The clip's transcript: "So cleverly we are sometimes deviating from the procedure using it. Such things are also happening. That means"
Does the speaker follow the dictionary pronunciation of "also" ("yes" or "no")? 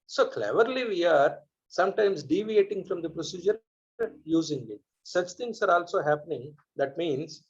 yes